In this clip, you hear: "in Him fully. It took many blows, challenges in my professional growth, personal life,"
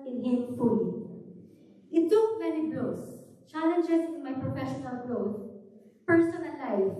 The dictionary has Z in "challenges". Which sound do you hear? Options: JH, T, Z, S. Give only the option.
S